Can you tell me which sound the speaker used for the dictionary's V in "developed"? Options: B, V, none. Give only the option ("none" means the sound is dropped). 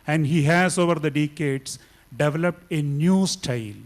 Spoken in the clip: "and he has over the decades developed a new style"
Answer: V